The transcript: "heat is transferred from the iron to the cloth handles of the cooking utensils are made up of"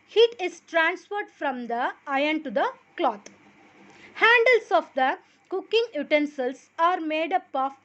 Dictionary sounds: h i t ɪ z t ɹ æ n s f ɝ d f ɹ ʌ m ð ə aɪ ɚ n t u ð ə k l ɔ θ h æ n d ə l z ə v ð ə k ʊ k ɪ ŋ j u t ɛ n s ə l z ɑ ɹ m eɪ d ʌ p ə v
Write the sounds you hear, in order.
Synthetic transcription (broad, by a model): h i t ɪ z t ɹ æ n s f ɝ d f ɹ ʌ m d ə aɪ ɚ n t u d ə k l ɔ t h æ n d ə l s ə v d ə k ʊ k ɪ ŋ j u t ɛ n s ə l s ɑ ɹ m eɪ d ʌ p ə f